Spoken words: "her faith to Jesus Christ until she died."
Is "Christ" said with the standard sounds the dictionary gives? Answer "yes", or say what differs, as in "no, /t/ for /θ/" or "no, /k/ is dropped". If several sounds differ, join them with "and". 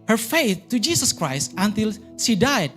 yes